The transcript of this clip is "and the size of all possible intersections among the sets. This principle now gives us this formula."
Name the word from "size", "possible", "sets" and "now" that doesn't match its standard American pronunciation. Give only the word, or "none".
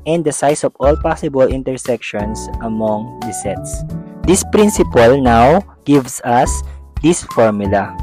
size